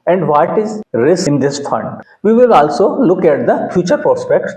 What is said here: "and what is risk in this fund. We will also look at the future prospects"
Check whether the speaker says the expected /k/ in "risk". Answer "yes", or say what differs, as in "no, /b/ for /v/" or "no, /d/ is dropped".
no, /k/ is dropped